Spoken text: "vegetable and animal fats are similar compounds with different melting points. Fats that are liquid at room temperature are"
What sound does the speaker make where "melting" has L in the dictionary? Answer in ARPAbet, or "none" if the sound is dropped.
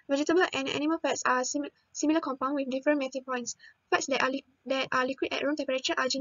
none